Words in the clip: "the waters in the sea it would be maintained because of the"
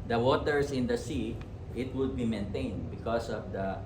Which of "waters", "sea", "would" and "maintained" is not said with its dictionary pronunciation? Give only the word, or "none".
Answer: waters